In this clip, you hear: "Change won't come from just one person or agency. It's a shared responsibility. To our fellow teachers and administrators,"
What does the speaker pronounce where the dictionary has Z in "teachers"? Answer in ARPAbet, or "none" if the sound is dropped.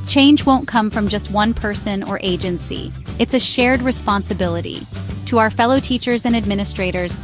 Z